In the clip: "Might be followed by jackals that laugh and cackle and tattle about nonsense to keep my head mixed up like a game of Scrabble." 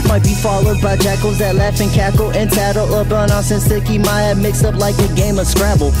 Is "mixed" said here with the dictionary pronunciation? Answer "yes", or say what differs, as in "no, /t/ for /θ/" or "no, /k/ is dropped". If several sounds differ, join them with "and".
no, /t/ is dropped